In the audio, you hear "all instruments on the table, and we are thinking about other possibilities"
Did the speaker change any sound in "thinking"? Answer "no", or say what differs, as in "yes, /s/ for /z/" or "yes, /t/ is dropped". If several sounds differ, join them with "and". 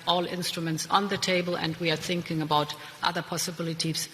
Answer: no